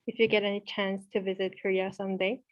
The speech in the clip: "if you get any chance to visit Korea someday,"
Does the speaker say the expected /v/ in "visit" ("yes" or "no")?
yes